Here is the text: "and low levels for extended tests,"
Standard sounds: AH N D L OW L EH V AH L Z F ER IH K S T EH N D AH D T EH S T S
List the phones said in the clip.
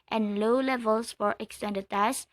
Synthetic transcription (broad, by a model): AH N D L OW L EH V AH L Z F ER IH K S T EH N D AH D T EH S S